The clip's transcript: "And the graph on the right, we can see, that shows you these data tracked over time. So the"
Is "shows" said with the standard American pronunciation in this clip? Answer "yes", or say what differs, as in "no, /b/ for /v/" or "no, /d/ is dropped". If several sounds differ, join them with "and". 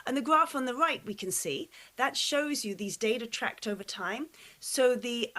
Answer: yes